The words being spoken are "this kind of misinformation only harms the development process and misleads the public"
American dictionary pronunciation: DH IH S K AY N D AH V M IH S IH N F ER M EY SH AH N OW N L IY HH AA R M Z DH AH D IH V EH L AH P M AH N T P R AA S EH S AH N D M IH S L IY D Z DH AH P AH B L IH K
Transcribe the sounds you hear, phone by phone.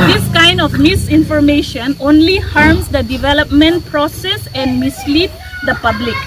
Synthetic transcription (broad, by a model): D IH S K AY N D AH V M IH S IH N F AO M EY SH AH N OW N L IY HH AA R M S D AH D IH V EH L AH P M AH N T P R AA S EH S AH N D M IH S L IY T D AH P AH B L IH K